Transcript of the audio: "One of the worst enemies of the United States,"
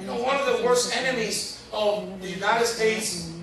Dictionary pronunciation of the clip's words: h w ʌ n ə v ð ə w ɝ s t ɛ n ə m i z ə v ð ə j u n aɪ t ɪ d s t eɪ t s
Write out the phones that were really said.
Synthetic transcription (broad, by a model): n w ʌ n ə v ð ə w ɝ s t ɛ n ə m i z ə v ð ə j u n aɪ t ɪ d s t eɪ t s